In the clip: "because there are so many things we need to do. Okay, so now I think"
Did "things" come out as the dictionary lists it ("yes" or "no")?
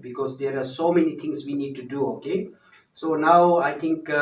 no